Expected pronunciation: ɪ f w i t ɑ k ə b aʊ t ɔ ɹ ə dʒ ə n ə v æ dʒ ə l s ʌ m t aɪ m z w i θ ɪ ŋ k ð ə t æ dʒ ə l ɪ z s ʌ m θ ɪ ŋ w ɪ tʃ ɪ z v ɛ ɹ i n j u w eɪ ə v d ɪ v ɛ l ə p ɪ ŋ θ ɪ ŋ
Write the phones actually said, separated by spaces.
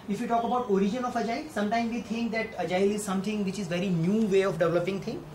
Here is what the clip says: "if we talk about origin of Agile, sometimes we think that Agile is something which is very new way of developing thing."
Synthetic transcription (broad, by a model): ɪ f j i t ɑ k ə b aʊ t ɔ ɹ ə dʒ ə n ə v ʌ dʒ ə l s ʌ m t aɪ m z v i t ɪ ŋ k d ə t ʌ dʒ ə l ɪ z s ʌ m t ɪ ŋ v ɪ tʃ ɪ z v ɛ ɹ i n j u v eɪ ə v d ɪ v ɛ l ə p ɪ ŋ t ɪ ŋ